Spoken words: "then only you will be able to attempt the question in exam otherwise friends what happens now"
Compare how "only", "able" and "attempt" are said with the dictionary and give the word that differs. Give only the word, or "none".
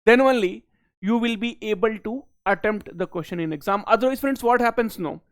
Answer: none